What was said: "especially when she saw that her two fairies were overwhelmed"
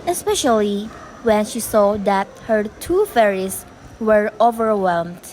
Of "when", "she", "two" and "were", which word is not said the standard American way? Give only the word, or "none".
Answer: none